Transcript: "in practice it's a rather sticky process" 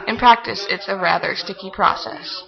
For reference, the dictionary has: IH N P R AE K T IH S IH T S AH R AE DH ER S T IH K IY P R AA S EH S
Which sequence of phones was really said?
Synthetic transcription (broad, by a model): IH N P R AE K T IH S IH T S AH R AE DH ER S T IH K IY P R AA S EH S